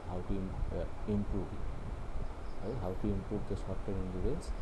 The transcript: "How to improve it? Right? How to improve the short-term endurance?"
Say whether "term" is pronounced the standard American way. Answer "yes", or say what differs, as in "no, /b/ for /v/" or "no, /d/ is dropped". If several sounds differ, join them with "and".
no, /m/ is dropped